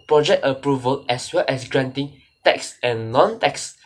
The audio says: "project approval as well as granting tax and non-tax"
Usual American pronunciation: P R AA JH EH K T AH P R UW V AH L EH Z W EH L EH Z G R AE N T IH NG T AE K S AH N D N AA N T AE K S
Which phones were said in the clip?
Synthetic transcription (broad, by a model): P R AA JH EH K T AH P R UW V AH L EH S W EH L EH S G R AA N T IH NG T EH K S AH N N AA N T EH K S